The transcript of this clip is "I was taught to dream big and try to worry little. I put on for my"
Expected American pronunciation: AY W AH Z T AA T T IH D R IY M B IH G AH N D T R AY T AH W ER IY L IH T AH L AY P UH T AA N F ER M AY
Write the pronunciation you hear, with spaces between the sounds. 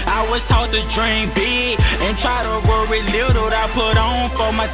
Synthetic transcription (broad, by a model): AY W AH Z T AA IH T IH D R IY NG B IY AH N T R AY T AH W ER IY L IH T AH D AY P UH T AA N F ER M AY